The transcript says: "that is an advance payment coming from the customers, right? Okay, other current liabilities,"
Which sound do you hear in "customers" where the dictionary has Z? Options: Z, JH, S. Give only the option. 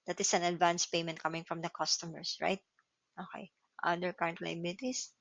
S